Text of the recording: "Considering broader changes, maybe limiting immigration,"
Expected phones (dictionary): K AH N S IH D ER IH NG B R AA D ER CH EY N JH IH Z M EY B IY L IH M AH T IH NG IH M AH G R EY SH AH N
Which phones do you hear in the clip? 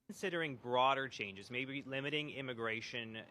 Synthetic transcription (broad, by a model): N S IH D ER IH NG B R AA D ER CH EY N JH IH Z M EY B IY L IH M AH T IH NG IH M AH G R EY SH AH N